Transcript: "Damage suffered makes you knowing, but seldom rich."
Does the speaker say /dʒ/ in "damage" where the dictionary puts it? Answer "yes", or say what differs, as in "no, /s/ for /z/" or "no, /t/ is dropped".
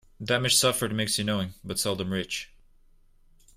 no, /ʃ/ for /dʒ/